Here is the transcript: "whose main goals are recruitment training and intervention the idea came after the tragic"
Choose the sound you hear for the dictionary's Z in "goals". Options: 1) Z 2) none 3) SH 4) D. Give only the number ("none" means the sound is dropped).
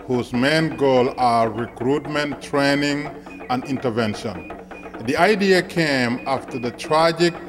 2